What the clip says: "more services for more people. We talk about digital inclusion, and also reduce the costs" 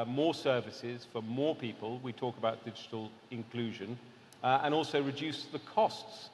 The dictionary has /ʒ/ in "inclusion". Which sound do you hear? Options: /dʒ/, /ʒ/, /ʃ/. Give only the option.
/ʒ/